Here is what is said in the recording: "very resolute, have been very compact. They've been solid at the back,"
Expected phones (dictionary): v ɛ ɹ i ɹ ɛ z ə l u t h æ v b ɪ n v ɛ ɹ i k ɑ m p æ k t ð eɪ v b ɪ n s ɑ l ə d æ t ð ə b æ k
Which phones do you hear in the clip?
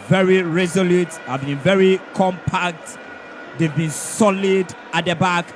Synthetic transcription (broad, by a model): v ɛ ɹ i ɹ ɛ z ə l u t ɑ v b ɪ n v ɛ ɹ i k ɑ m p æ k t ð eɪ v b ɪ n s ɑ l ə d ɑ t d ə b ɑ k